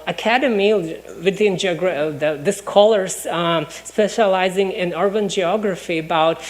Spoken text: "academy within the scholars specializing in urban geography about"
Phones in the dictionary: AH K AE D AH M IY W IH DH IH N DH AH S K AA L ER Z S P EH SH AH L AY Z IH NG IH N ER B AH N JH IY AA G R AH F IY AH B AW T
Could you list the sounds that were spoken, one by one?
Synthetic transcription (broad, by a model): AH K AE D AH M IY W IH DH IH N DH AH S K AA L ER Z S P EH SH AH L AY Z IH NG IH N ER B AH N JH IY AA G R AH F IY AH B AW T